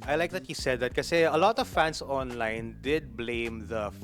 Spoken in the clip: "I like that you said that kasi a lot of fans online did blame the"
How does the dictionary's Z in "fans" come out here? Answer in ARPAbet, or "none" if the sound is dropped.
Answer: S